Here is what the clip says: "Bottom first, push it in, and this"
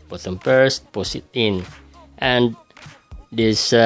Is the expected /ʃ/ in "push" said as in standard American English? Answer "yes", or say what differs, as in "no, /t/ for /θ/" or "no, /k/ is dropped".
no, /s/ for /ʃ/